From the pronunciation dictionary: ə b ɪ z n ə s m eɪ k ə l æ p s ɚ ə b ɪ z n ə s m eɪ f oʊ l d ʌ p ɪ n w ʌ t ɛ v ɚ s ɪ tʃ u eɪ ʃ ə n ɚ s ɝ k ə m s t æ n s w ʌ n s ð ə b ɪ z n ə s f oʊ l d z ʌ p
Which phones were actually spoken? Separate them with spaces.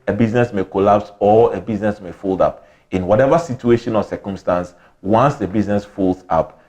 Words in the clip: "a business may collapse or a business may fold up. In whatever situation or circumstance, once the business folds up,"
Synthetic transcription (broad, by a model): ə b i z n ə s m eɪ k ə l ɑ p s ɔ ə b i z n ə s m eɪ f oʊ l d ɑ p ɪ n w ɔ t ɛ v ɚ s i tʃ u eɪ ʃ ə n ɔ s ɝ k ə m s t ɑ n s w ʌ n s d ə b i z n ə s f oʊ l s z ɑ p